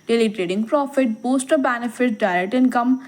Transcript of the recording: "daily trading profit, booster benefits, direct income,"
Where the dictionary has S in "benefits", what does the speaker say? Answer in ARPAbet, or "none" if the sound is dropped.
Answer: none